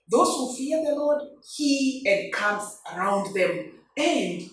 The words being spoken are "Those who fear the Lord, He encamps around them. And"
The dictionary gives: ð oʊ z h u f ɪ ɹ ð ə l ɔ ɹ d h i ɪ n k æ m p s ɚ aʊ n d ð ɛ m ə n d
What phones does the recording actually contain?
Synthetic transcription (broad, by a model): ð oʊ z h u f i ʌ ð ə l ɔ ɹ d h i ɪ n k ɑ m s ɚ aʊ n d ð ɛ m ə n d